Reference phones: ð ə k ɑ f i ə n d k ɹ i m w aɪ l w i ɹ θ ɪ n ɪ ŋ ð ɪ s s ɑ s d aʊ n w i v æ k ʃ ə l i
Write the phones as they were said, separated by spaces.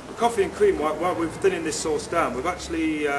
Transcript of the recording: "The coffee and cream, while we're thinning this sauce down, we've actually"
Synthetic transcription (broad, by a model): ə k ɑ f i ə n k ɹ i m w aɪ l w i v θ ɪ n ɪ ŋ ð ɪ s s ɑ s d aʊ n w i v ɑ k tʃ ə l i